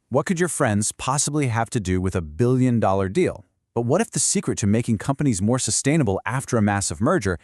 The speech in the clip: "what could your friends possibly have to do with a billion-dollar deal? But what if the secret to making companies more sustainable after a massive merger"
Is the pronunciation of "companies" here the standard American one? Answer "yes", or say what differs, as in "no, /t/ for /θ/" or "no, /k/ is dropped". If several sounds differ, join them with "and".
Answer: yes